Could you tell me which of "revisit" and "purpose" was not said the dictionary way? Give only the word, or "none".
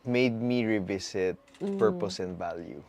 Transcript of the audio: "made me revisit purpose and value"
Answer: revisit